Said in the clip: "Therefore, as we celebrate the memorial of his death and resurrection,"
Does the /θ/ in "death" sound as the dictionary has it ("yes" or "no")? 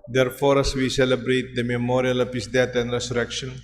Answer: no